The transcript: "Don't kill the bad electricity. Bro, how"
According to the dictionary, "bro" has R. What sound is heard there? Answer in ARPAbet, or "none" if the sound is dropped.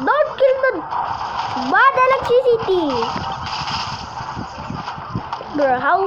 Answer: none